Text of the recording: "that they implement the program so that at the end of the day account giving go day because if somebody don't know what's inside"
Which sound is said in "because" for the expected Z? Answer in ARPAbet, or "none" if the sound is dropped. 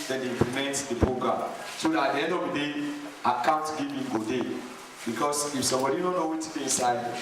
S